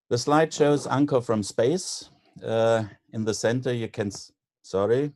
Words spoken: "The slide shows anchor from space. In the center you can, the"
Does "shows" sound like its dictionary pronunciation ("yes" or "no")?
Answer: yes